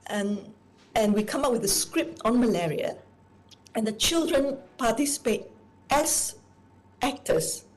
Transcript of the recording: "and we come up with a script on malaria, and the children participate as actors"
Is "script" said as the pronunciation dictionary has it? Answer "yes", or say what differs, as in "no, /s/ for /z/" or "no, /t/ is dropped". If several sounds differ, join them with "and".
yes